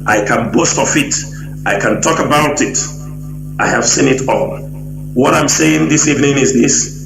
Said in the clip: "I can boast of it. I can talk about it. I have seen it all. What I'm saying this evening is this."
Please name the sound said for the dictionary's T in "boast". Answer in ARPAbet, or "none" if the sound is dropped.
T